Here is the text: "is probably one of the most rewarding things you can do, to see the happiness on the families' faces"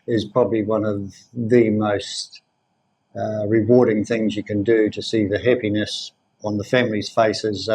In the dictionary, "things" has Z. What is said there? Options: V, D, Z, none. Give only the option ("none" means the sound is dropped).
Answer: Z